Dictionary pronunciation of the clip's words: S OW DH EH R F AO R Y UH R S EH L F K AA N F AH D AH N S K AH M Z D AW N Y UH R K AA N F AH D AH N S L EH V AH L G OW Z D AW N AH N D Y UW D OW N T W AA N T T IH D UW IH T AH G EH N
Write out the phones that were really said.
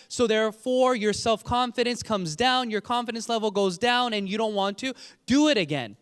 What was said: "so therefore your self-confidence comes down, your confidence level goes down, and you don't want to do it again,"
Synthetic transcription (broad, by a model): S OW DH EH R F AO R Y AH R S EH L F K AA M F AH D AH N S K AH M Z D AW N Y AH R K AA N F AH D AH N S L EH V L G OW Z D AW N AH N Y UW D OW N T W AA N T T IH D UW IH T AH G EH N